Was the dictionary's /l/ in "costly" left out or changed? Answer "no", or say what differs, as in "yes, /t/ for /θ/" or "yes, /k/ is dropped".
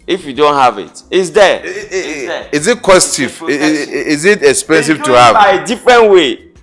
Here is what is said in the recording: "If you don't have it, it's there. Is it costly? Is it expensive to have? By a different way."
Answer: yes, /l/ is dropped